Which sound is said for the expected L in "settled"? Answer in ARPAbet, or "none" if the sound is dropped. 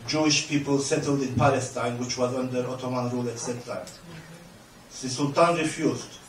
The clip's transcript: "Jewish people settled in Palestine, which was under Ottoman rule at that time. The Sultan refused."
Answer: L